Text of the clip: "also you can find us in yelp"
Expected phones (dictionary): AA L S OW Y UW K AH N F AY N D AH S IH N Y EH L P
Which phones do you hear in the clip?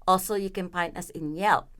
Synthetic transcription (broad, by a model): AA L S OW Y UW K AH N P AY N AH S IH N Y EH L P